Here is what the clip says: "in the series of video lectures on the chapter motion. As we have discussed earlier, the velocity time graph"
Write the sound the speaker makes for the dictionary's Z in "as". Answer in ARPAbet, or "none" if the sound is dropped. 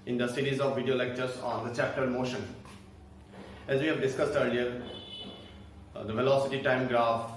Z